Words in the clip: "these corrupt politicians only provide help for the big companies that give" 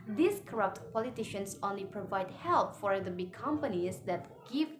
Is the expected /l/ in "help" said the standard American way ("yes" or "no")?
yes